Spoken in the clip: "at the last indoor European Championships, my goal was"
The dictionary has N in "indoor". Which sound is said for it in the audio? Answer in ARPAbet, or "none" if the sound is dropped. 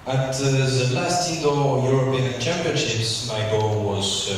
none